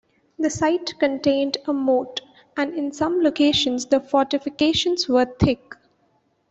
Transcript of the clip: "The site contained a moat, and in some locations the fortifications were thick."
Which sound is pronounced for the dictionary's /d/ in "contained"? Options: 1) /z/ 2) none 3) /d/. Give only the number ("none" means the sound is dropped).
3